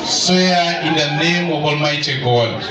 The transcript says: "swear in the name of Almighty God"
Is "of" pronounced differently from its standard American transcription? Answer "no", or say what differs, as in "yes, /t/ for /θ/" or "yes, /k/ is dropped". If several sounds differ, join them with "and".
yes, /b/ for /v/